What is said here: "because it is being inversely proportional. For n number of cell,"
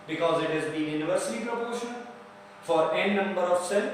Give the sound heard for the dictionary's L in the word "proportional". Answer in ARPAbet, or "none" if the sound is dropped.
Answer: N